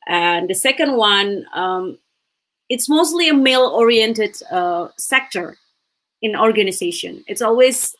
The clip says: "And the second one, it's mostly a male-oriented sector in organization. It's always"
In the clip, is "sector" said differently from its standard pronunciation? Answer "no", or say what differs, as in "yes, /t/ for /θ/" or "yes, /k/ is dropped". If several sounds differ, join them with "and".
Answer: no